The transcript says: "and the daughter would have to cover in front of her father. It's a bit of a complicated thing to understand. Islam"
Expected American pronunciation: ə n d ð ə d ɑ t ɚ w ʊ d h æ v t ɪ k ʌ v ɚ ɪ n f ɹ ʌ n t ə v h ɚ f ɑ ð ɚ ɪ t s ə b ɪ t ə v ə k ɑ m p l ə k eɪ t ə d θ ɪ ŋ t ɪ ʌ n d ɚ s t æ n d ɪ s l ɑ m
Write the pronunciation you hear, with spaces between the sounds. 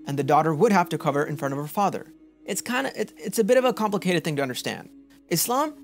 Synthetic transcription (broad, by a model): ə n ð ə d ɑ t ɚ w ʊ d h æ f t ɪ k ʌ v ɚ ɪ n f ɹ ʌ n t ə v ɚ f ɑ ð ɚ ɪ t s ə b ɪ t ə v ə k ɑ m p l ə k eɪ t d θ ɪ ŋ t ɪ ʌ n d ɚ s t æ n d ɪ s l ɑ m